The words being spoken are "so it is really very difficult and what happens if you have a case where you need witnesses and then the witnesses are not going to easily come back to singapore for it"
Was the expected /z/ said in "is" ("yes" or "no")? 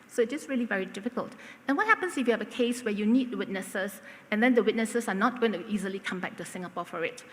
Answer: no